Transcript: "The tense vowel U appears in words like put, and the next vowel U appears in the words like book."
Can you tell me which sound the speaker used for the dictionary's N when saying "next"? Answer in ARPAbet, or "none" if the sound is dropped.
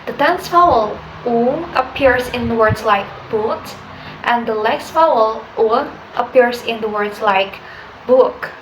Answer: L